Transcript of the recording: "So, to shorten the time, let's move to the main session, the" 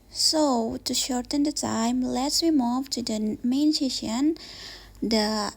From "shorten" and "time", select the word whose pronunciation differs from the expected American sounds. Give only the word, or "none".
none